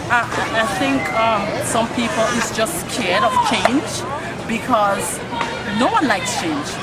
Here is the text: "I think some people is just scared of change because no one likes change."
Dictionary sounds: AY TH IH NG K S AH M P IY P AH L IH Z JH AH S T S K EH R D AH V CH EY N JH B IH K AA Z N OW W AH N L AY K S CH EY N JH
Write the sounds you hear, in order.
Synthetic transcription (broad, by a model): AY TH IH NG K S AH M P IY P AH L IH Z JH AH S S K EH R D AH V CH EY N JH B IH K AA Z N OW W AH N L AY K S CH EY N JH